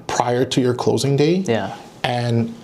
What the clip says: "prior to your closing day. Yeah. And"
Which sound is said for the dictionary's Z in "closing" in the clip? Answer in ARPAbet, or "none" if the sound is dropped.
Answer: Z